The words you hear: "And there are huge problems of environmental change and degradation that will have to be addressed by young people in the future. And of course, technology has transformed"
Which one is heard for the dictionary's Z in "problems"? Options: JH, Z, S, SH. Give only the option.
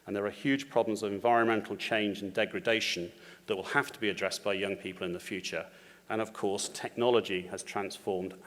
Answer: Z